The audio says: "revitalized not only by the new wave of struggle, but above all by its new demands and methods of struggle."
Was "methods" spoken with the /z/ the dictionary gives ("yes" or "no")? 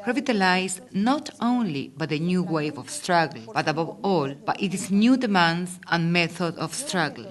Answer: no